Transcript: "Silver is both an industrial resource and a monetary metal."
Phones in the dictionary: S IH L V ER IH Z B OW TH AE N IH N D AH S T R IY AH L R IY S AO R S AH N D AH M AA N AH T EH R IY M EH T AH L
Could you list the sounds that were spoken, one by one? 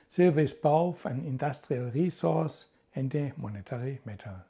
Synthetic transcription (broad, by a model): S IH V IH S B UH F AE N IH N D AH S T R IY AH L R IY S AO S AH N D AH M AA N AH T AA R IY M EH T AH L